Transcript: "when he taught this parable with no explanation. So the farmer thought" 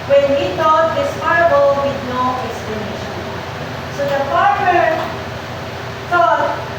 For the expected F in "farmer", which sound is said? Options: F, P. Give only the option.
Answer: P